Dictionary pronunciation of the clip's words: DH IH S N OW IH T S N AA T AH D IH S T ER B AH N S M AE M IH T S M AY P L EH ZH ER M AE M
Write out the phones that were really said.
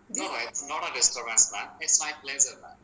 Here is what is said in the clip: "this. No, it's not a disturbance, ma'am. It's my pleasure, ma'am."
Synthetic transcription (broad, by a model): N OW IH T S N AA T AH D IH S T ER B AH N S M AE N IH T S M AY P L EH Z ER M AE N